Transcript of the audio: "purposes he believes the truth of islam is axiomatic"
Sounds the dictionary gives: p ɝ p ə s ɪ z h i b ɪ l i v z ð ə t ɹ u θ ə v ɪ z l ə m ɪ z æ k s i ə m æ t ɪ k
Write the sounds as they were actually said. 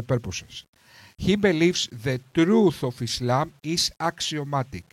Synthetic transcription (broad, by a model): p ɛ p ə s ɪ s h i b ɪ l i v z ð ə t ɹ u θ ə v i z l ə m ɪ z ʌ k s i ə m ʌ t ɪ k